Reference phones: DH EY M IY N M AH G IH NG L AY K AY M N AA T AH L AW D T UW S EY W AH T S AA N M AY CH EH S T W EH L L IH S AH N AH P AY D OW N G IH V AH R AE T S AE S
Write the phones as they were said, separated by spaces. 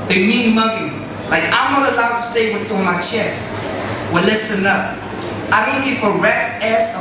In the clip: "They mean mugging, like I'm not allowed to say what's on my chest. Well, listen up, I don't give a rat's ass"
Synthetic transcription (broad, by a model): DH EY M IY N M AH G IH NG L AY K AY M N AA T AH L AW D T UW S EY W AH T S AA N M AY CH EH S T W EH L L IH S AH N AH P AY D OW N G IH F AH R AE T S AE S